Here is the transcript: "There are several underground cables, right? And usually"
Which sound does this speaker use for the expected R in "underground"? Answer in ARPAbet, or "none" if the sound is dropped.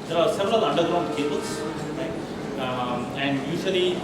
R